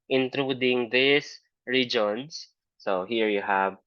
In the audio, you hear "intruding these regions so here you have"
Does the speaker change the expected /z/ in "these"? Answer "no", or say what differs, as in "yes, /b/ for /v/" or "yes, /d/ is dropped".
yes, /s/ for /z/